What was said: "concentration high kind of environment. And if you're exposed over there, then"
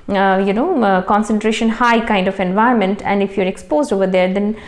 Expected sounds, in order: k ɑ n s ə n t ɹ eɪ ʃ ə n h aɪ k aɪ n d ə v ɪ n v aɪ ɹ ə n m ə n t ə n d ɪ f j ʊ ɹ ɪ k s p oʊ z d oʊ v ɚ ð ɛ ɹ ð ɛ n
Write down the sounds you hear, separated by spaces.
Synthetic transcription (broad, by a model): k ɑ n s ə n t ɹ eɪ ʃ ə n h aɪ k aɪ n d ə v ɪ n v aɪ ə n m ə n t ə n d ɪ f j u ɹ ɪ k s p oʊ z d oʊ v ɚ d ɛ ɹ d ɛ n